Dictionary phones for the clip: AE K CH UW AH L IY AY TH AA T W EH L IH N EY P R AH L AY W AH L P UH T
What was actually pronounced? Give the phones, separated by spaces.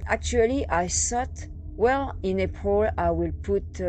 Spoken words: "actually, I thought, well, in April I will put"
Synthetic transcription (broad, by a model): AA K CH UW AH L IY AY S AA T W EH L IH N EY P AH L AY W AH L P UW T